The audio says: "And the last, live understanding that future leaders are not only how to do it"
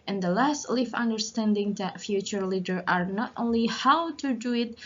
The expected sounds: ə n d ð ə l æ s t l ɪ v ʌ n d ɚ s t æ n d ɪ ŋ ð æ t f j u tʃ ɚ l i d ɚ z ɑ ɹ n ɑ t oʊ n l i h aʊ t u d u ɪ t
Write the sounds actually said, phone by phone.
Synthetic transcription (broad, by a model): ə n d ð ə l æ s t l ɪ f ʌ n d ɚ s t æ n d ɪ ŋ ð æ t f j u tʃ ɚ l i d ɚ ɑ ɹ n ɑ t oʊ n l i h aʊ t u d u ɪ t